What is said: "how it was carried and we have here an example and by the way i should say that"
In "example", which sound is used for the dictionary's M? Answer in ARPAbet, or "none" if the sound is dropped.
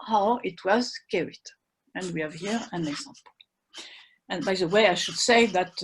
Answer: M